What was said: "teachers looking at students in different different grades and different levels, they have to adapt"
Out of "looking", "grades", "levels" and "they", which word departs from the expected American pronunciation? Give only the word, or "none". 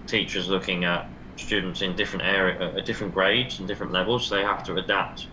none